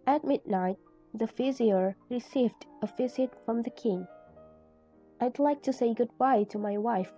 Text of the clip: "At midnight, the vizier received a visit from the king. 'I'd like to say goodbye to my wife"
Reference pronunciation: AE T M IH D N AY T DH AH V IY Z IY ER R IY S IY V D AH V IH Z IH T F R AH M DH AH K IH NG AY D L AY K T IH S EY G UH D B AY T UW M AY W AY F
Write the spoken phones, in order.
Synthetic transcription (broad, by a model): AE T M IH D N AY T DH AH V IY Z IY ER R IY S IY V D AH V IH Z IH T F R AH M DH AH K IH NG AY D L AY K T IH S EY G UH D B AY T UW M AY W AY F